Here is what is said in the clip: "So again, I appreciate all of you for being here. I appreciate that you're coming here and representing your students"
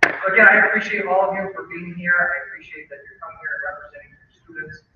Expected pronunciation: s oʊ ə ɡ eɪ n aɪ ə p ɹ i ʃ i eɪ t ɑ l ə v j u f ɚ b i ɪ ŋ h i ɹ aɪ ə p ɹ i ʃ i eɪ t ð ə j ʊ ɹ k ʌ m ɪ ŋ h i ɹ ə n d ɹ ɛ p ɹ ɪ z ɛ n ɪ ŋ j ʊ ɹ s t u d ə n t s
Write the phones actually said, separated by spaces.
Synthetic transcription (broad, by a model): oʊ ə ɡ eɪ aɪ ə p ɹ i ʃ i eɪ t ɑ l ə v j u f ɚ b i ɪ ŋ h i ɹ aɪ ə p ɹ i ʃ i eɪ t ð ə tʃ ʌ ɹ k ʌ m ɪ ŋ h i ɹ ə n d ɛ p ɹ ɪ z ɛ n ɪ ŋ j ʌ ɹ s t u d n t s